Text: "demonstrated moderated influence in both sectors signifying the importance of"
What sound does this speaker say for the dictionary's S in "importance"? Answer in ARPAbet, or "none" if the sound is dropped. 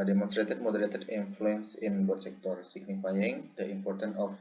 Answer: none